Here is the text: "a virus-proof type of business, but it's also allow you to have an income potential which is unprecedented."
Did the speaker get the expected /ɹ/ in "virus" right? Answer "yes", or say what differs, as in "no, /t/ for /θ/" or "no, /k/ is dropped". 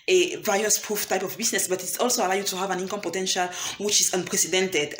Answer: no, /ɹ/ is dropped